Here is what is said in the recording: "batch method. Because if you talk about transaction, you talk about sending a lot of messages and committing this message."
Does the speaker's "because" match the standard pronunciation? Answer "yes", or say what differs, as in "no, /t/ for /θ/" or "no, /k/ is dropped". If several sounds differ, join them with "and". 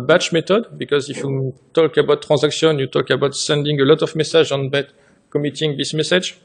yes